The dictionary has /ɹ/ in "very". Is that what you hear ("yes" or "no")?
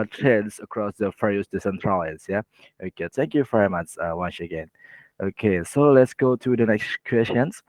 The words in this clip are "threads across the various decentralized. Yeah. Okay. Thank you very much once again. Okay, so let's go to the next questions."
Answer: yes